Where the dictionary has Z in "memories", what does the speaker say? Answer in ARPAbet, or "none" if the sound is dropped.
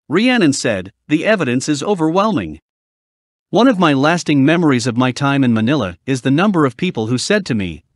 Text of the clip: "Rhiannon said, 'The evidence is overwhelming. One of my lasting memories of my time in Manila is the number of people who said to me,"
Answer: Z